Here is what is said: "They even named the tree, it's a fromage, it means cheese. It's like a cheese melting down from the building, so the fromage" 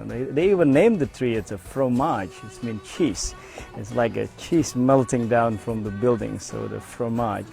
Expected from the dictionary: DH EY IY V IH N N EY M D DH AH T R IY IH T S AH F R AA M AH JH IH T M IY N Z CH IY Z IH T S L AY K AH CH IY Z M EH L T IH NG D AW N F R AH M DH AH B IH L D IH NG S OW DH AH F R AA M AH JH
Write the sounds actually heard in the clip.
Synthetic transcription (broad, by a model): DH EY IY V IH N N EY M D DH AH T R IY IH T S AH F R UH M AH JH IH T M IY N CH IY S IH T S L AY K AH CH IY S M EH L T IH NG D AW N F R AH M DH AH B IH L D IH NG S OW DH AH F R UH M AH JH